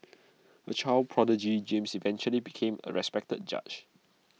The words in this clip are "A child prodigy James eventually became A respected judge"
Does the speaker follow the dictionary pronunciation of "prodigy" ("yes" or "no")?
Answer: yes